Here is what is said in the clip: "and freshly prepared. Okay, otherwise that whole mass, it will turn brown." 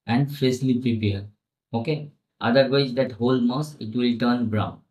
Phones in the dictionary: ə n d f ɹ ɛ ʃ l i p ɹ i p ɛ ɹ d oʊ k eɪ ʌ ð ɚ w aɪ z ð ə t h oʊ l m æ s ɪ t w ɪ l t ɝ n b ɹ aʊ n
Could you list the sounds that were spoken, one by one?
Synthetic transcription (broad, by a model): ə n d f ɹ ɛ s l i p ɹ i p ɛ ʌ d oʊ k eɪ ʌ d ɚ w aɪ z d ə t h oʊ l m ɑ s ɪ t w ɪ l t ɝ n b ɹ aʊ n